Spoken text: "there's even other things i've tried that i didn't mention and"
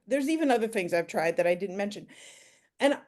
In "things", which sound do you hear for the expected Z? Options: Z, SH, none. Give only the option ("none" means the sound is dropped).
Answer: Z